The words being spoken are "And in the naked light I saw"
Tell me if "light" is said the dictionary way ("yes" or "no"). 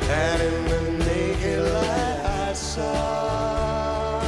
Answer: no